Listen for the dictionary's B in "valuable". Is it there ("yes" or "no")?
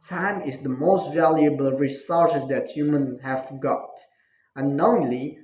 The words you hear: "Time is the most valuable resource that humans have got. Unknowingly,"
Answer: yes